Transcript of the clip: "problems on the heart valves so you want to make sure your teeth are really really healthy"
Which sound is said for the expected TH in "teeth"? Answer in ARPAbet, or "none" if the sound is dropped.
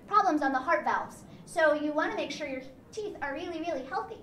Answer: TH